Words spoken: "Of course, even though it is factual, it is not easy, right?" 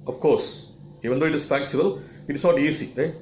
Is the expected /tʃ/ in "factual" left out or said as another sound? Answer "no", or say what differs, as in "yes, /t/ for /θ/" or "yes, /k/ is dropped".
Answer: yes, /s/ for /tʃ/